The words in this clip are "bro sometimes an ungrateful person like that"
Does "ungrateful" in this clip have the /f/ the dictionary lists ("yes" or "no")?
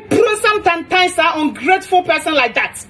yes